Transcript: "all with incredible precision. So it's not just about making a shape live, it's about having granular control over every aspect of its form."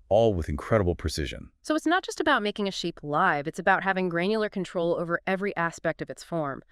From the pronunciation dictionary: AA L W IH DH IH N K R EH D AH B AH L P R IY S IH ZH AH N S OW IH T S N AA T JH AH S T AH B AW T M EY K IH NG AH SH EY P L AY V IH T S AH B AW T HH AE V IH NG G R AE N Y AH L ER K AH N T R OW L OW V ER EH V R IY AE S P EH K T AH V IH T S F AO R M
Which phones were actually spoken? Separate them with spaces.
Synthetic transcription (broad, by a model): AA L W IH DH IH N K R EH D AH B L P R IY S IH ZH AH N S OW IH T S N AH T JH AH S T AH B AW T M EY K IH NG AH SH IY P L AY V IH T S AH B AW T HH AE V IH NG G R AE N Y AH L ER K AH N T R OW L OW V ER EH V R IY AE S P EH K T AH V IH T S F AO R M